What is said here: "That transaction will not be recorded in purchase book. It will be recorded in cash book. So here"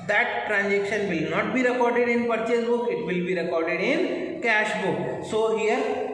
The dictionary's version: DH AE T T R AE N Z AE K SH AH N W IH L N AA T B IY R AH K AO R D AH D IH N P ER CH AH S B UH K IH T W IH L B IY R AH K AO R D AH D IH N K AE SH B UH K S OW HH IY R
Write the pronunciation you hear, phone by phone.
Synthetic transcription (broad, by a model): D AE T T R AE N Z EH K SH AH N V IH L N AA T B IY R AH K AO R D AH D IH N P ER CH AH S B UH K IH T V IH L B IY R AH K AO R D AH D IH N K AE SH B UH K S OW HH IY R